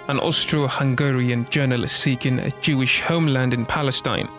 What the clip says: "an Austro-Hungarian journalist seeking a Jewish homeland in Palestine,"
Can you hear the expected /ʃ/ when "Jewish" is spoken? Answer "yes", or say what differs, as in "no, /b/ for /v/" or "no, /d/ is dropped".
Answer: yes